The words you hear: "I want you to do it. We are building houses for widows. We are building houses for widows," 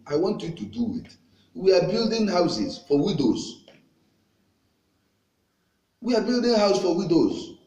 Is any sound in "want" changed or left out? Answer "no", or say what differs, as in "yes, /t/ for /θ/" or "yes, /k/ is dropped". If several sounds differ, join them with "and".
no